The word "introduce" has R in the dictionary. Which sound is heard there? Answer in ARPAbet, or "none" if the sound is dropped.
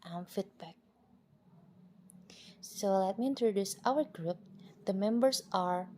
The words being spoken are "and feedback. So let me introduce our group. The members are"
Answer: R